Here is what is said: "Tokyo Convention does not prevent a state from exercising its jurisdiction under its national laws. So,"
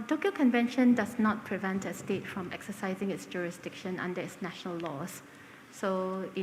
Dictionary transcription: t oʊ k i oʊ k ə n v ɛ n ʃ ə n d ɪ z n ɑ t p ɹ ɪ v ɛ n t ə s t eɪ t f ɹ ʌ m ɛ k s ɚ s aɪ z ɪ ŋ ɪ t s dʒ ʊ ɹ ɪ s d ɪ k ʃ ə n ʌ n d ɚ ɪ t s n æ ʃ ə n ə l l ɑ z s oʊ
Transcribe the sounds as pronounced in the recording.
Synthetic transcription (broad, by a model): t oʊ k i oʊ k ə n v ɛ n ʃ ə n d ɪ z n ɑ t p ɹ ɪ v ɛ n t ə s t eɪ t f ɹ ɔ m ɛ k s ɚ s aɪ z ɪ ŋ ɪ t s dʒ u ɹ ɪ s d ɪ k ʃ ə n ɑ n d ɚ ɪ t s n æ ʃ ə n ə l l ɑ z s oʊ